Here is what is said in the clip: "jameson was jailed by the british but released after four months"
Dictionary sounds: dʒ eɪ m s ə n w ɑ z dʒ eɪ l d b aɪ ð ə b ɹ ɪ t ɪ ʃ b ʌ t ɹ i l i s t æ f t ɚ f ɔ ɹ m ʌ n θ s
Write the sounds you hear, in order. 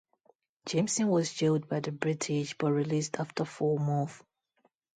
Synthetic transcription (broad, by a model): dʒ eɪ m s ə n w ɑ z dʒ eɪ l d b aɪ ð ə b ɹ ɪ t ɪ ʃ b ʌ t ɹ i l i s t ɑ f t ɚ f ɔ m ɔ θ